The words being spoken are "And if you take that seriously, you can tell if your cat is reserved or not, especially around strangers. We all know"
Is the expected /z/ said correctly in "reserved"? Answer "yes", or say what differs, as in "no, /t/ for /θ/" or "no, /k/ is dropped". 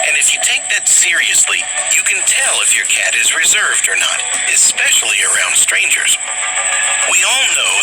yes